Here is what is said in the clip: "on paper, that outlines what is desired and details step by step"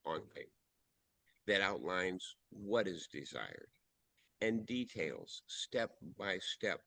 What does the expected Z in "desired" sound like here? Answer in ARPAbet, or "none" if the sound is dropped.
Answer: Z